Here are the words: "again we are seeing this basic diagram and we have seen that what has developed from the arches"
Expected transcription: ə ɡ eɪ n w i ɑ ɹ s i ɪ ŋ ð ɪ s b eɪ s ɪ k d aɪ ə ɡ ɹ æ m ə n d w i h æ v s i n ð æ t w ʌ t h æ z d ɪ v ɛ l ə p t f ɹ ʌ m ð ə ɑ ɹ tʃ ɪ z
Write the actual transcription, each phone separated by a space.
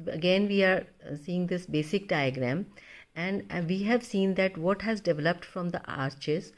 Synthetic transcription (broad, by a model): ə ɡ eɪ n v i ɑ ɹ s i ɪ ŋ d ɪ s b eɪ s ɪ k d aɪ ə ɡ ɹ æ m ə n d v i h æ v s i n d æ t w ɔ t h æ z d ɪ v ɛ l ə p t f ɹ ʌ m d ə ɑ ɹ tʃ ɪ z